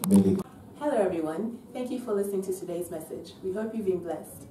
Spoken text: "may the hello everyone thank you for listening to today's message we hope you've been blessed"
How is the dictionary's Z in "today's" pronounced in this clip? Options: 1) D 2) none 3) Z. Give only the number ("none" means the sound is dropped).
3